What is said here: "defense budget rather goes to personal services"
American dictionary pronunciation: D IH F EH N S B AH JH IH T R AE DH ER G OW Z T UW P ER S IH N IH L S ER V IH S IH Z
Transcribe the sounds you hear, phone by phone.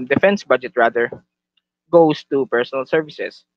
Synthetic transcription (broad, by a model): D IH F EH N S B AH JH IH T R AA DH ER G OW S T UW P ER S IH N IH L S ER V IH S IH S